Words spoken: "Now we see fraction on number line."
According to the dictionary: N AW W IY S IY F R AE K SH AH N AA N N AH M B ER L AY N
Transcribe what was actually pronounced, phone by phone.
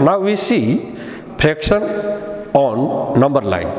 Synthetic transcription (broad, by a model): N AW W IY S IY P R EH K S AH N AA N N AH M B ER L AY N